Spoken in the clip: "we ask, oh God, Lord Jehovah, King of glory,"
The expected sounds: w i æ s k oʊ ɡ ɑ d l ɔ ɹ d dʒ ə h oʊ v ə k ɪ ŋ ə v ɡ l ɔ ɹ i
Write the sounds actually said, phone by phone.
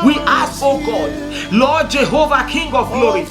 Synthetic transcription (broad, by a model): w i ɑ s oʊ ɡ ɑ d l ɔ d dʒ ə h oʊ v ə k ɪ ŋ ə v ɡ l ɔ ɹ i